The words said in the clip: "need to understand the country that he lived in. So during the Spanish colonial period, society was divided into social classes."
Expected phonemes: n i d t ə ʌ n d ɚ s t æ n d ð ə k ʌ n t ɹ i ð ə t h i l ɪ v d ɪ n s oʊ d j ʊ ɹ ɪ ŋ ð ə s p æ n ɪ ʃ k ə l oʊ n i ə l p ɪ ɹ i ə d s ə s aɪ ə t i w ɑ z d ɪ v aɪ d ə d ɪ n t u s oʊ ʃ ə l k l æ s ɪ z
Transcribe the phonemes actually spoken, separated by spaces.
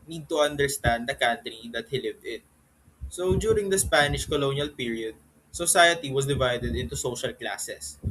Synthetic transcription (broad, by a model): n i d t ə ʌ n d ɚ s t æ n d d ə k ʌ n t ɹ i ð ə t h i l ɪ v d ɪ n s oʊ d j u ɹ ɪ ŋ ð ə s p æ n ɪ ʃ k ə l oʊ n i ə l p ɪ ɹ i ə d s ə s aɪ ə t i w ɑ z d ɪ v aɪ d ə d ɪ n t u s oʊ ʃ ə l k l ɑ s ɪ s